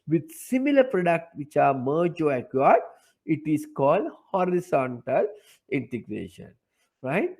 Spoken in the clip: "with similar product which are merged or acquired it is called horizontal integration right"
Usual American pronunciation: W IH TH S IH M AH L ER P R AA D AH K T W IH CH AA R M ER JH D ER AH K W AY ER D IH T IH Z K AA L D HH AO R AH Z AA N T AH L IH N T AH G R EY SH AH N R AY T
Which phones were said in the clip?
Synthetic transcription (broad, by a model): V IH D S IH M AH L ER P R AA D AH K T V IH CH AA R M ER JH AO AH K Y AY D IH T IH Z K AA L D HH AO R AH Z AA N T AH L IH N T AH G R EY SH AH N R AY T